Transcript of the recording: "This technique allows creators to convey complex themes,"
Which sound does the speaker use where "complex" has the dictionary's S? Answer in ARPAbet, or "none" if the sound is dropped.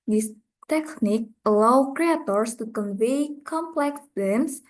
S